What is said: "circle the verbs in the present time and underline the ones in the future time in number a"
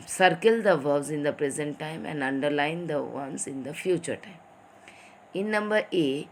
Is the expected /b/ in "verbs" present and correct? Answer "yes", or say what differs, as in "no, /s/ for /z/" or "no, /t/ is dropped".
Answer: no, /b/ is dropped